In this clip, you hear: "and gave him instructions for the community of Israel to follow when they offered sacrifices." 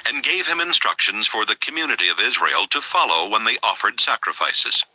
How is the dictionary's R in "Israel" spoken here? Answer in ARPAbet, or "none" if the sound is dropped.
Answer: R